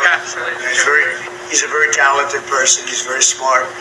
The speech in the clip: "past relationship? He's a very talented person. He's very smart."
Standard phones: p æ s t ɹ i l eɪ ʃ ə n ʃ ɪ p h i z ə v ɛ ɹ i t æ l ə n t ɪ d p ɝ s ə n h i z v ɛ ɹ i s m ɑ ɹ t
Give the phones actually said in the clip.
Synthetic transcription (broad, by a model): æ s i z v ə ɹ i h i z ə v ɛ ɹ i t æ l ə t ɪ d p ɝ s ə n h i z v ɛ ɹ i s m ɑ ɹ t